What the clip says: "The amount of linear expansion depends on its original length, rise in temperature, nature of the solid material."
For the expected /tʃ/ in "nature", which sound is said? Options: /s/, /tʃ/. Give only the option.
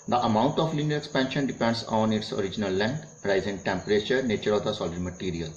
/tʃ/